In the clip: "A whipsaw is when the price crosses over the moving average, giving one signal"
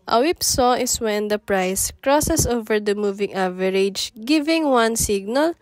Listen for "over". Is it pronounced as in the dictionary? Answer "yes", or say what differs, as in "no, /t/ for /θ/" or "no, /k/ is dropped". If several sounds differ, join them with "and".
yes